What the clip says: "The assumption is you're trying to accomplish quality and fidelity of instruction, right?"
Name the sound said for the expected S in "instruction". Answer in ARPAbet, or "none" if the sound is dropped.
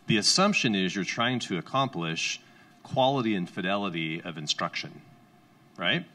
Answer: S